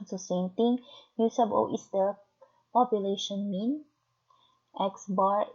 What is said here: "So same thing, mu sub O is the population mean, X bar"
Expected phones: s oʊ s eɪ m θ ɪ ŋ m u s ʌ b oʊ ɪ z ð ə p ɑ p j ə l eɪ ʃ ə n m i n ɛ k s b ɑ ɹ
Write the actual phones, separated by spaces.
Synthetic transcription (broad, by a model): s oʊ s eɪ m t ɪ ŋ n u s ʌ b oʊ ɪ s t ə p ɑ p j ə l eɪ ʃ ə n m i n ɛ k s b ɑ ɹ